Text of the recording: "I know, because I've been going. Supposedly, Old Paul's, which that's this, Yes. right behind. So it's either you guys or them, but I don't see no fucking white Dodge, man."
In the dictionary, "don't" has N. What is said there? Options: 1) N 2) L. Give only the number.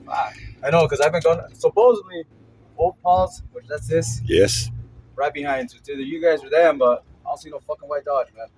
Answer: 2